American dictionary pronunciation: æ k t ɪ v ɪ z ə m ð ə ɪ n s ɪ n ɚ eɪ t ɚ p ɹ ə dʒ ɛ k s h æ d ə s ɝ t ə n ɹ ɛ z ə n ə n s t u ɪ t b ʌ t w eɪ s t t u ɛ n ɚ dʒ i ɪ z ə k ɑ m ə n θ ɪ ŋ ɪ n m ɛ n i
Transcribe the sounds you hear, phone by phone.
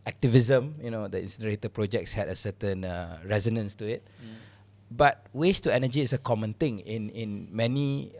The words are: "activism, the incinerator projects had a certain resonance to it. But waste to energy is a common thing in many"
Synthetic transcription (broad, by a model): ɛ k t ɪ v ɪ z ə m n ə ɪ n s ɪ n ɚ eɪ t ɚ p ɹ ə dʒ ɛ k s h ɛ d ə s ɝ t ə n ɹ ɛ z ə n ə n s t u ɪ t b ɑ t w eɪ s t t u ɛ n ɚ dʒ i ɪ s ə k ɑ m ə n t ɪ ŋ ɪ n m ɛ n i